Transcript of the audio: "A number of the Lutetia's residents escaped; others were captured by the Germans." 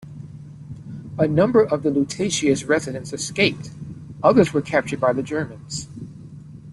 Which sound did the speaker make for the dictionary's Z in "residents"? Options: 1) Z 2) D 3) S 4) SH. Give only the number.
1